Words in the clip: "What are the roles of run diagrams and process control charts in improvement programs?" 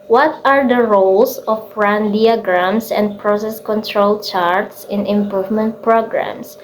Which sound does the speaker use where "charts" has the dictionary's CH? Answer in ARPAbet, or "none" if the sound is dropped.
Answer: CH